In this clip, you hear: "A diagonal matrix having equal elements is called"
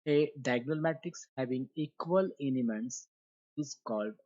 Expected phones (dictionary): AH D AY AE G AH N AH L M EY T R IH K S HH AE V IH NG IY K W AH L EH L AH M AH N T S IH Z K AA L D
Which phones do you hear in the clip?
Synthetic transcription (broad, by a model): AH D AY G N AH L M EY T IH K S HH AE V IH NG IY K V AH L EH N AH M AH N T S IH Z K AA L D